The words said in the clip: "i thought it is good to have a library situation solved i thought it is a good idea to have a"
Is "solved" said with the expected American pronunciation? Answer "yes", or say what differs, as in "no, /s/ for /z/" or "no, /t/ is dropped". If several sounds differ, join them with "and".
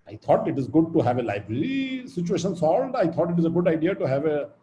no, /v/ is dropped